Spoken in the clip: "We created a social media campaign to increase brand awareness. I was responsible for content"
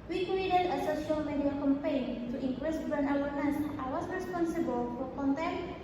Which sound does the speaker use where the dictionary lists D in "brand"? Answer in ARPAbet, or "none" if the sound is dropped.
none